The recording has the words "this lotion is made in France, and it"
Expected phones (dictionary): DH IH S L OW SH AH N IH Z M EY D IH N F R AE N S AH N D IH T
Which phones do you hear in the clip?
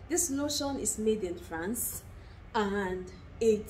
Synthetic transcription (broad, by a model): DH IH S N OW SH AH N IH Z M EY D IH N F R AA N S AH N D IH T